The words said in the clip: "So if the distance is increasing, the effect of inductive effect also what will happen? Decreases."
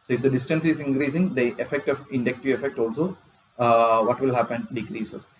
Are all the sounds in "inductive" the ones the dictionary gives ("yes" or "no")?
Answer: no